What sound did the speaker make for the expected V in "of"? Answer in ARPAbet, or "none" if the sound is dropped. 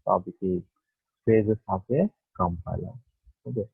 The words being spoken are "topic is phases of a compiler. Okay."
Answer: P